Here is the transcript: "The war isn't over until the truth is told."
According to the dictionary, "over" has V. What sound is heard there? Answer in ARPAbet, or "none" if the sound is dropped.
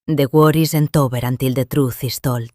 B